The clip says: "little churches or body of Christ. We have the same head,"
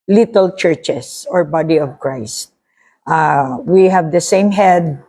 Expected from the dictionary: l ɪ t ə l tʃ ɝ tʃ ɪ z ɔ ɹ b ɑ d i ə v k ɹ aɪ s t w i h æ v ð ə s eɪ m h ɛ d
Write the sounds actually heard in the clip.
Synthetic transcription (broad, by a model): l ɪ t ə l tʃ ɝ tʃ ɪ s ɔ ɹ b ɑ d i ə v k ɹ aɪ s t w i h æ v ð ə s eɪ m h ɛ d